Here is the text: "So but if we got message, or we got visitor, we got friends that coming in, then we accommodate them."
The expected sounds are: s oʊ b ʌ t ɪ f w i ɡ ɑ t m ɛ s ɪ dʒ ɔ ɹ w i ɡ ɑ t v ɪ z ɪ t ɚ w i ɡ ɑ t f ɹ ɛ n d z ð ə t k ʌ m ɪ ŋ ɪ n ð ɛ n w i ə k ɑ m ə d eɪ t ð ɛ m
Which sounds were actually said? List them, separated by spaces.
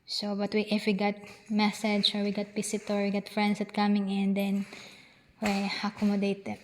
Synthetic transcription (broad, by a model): s oʊ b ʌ t ɪ f w i ɡ ɑ t m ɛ s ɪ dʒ ɔ ɹ w i ɡ ɑ t p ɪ s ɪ t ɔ w i ɡ ɑ t f ɹ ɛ n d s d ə t k ʌ m ɪ ŋ ɪ n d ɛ n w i ə k ɑ m ə d eɪ t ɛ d